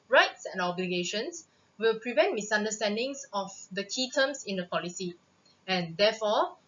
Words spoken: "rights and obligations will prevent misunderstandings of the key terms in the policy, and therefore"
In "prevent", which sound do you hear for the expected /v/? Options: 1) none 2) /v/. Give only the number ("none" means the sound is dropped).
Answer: 2